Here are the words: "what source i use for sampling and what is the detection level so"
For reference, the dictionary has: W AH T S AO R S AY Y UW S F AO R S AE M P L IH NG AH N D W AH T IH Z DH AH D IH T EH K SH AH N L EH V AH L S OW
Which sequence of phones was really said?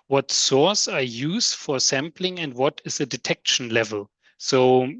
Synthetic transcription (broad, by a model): W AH T S AO R S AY Y UW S F AO R S AE M P L IH NG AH N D W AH T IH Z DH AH D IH T EH K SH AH N L EH V AH L S OW